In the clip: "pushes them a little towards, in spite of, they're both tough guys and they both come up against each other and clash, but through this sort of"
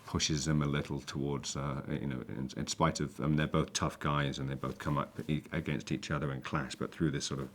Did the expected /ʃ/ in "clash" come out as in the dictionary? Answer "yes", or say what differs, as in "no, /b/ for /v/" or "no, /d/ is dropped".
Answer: no, /s/ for /ʃ/